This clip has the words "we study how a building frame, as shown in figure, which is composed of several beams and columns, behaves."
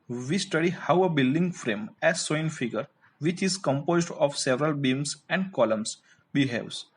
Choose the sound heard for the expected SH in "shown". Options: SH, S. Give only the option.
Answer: S